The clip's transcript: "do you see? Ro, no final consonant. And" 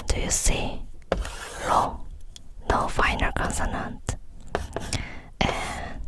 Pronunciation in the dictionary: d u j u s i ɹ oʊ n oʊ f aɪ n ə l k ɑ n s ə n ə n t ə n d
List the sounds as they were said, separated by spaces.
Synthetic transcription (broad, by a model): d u j u s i l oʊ n oʊ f aɪ n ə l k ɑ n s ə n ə n t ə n